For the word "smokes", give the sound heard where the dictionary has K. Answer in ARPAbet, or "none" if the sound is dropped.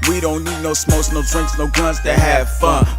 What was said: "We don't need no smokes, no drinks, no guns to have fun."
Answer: none